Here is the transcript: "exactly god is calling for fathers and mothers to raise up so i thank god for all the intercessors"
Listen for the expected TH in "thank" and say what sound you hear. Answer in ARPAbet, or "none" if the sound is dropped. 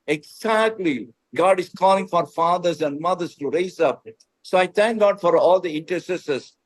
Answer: T